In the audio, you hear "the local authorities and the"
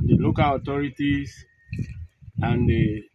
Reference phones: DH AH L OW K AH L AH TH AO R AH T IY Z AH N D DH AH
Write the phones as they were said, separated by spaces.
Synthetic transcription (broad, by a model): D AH L OW K AH L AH T AO R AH T IY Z AH N D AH